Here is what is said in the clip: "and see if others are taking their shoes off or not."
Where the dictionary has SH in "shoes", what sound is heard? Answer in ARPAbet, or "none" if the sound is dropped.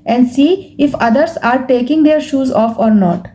SH